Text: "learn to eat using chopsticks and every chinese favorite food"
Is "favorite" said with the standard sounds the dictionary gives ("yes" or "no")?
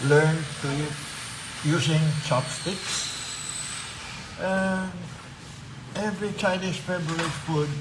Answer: no